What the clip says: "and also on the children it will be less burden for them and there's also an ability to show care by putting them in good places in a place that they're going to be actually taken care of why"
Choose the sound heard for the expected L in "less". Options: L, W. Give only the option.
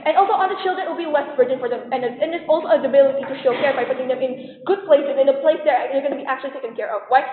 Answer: W